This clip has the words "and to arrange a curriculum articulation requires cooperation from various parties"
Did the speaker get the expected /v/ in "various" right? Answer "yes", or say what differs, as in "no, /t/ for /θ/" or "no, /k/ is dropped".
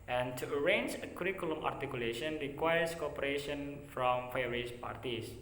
no, /f/ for /v/